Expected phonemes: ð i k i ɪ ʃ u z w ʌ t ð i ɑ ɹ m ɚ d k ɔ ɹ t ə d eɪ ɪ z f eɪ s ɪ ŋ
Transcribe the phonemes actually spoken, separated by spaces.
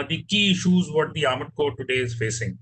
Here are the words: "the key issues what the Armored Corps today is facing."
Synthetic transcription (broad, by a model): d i k i ɪ ʃ u z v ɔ t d i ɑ m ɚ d k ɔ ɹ t ə d eɪ ɪ z f eɪ s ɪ ŋ